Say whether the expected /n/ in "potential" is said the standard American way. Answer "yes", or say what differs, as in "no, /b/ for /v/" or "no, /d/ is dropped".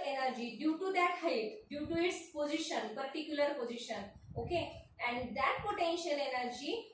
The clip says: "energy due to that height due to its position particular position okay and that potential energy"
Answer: yes